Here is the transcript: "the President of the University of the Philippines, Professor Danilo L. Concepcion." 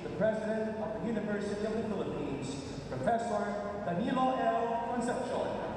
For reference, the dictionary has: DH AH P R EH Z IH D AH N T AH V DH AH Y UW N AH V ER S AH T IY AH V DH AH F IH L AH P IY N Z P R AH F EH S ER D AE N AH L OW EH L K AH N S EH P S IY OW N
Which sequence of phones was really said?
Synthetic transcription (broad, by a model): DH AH P R EH Z IH D AH N T AH V DH AH Y UW N AH V ER S AH T IY AH V DH AH F IH L AH P IY N Z P R AH F EH S ER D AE N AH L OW EH L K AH N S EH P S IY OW